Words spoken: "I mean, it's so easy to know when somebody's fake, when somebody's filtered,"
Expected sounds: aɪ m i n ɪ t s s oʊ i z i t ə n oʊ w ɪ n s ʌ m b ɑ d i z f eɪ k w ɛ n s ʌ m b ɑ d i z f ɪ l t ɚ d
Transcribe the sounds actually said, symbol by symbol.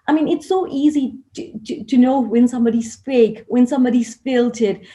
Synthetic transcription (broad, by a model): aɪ m i n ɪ t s s oʊ i z i t ə n oʊ w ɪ n s ʌ m b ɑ d i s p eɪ k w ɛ n s ʌ m b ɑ d i s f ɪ l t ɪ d